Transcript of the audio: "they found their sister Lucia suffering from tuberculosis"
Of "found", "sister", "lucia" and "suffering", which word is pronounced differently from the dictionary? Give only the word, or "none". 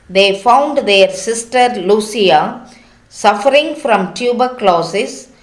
lucia